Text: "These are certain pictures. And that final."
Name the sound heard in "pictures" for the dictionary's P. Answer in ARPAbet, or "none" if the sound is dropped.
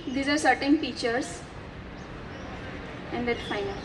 F